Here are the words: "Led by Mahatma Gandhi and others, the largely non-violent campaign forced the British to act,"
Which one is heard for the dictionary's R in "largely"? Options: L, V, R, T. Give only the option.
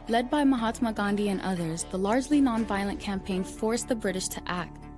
R